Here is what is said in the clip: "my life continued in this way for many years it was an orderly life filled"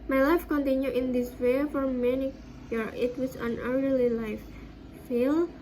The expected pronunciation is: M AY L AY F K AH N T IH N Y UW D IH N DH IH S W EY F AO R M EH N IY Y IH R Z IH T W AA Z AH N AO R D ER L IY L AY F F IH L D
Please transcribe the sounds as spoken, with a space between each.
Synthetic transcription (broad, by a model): M AY L AY F K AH N T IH N Y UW IH N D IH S W EY F AO R M EH N IY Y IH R IH T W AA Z AH N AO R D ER L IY L AY F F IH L